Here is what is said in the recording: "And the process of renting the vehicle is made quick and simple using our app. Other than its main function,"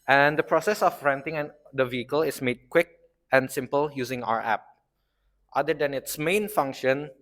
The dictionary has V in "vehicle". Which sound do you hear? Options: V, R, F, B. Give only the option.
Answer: V